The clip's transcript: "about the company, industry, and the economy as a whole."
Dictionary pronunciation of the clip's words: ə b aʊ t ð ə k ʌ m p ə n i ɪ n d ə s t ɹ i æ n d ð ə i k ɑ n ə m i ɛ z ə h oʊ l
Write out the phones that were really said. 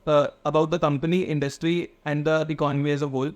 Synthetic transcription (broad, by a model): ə b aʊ t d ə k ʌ m p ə n i ɪ n d ə s t ɹ i æ n d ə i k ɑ ə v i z ə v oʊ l